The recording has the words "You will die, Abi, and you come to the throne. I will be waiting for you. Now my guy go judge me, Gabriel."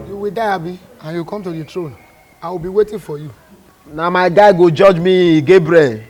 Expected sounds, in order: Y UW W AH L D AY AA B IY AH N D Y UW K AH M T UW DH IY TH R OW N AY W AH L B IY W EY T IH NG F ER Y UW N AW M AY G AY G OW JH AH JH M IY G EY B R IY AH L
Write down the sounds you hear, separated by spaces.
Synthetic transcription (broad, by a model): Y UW W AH D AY AA B IY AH N Y UW K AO M T UW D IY T R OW N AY W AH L B IY W EY T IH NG F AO Y UW N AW M AY G AY G OW JH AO JH M IY G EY B R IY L